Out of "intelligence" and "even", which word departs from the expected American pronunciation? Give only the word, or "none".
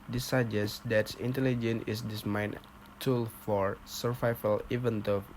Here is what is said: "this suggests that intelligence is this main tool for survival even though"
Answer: intelligence